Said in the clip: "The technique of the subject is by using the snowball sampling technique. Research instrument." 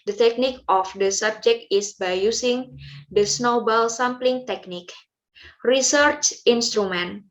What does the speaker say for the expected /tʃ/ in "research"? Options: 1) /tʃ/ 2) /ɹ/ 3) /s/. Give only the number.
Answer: 1